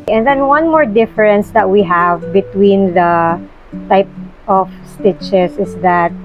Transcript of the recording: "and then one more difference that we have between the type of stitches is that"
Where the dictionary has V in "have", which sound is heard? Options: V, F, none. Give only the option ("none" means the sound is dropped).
V